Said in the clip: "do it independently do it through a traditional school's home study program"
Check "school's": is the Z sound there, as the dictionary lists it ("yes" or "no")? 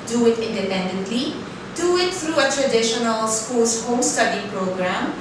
no